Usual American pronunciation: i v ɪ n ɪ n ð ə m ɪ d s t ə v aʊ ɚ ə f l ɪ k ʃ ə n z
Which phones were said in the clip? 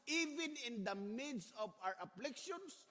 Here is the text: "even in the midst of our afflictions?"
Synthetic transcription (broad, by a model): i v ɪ n ɪ n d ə m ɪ d s ə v aʊ ɚ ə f l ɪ k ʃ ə n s